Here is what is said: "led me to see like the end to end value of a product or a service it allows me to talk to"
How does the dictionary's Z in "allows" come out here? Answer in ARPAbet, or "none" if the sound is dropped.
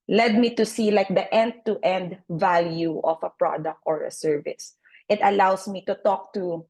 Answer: S